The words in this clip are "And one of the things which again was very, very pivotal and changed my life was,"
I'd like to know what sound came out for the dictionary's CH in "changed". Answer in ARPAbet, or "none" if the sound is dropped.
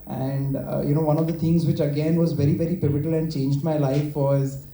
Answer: CH